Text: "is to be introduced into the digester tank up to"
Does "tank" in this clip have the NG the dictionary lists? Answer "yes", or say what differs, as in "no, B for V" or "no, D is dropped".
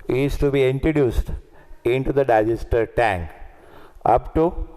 yes